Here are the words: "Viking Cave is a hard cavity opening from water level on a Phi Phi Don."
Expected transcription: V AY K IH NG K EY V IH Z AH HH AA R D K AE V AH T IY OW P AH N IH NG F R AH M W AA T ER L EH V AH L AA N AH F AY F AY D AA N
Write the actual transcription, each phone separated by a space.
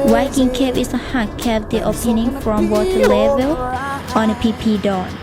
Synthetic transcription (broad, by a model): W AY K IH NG K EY P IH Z AH HH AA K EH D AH T OW P AH N IH NG F R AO M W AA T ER L EH V AH L AA N AH P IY P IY D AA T